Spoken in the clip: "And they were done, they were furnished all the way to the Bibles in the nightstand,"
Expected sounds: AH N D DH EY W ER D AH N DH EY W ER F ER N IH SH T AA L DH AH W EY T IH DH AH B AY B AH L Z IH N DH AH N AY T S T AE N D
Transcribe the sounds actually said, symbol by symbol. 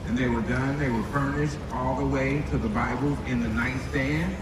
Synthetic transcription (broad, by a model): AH N DH EY W ER D AH N DH EY W ER F ER N IH SH T AA L DH AH W EY T IH DH AH B AY B L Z IH N DH AH N AY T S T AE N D